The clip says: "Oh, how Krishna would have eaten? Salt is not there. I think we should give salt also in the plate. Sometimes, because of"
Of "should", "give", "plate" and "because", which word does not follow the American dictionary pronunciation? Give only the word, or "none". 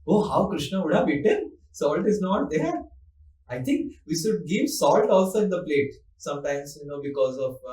none